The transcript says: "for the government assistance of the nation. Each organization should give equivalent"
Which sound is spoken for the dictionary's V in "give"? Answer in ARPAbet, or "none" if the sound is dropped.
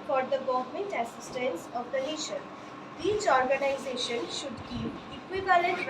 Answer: P